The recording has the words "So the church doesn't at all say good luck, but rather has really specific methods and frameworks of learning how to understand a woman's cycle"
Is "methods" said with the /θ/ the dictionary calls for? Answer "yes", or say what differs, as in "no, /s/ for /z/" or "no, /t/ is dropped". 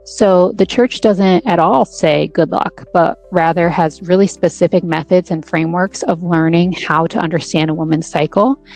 yes